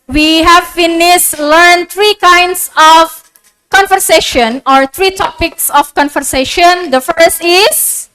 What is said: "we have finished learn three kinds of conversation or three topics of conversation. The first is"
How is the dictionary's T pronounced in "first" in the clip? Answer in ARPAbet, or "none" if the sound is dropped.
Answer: T